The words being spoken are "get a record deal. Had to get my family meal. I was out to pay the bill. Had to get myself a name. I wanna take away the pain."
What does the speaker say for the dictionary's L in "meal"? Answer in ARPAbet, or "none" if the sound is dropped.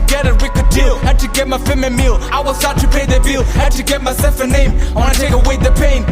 L